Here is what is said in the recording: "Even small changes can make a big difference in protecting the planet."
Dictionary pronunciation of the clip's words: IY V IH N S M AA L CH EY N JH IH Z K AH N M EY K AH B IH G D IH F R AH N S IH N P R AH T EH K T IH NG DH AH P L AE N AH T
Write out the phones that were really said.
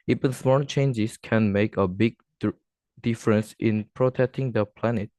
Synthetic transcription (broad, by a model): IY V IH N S M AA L CH EY N JH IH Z K AH N M EY K AH B IH G D IH F R AH N S IH N P R AH T EH K T IH NG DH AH P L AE N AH T